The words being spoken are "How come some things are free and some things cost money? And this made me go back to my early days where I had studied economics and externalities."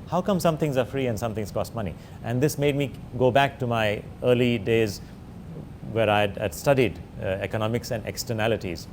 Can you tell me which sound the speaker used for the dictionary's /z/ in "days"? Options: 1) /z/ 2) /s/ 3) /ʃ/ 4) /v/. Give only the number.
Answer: 1